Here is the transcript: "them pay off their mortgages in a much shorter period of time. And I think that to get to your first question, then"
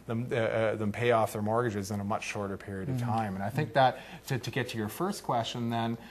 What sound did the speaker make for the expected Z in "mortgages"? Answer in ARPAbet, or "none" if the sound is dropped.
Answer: Z